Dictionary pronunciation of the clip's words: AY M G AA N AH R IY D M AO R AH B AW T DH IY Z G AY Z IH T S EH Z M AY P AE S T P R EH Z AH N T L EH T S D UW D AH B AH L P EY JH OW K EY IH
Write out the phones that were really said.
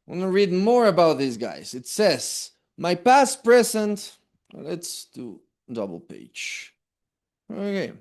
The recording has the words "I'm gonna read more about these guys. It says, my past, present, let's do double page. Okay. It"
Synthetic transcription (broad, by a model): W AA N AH R IY D M AO R AH B AW T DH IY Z G AY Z IH T S EH Z M AY P AE S T P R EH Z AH N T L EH T S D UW D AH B L P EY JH OW K EY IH